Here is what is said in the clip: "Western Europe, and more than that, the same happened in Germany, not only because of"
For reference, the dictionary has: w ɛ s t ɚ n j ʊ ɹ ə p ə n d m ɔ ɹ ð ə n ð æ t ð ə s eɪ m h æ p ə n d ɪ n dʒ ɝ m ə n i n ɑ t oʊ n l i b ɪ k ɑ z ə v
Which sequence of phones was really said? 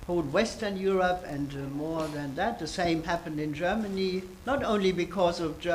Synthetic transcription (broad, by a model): w ɛ s t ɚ n j ʊ ɹ ə p ə n d m ɔ ɹ ð ə n ð æ t ð ə s eɪ m h æ p ə n d ɪ n dʒ ɝ m ə n i n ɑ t oʊ n l i b ɪ k ɑ z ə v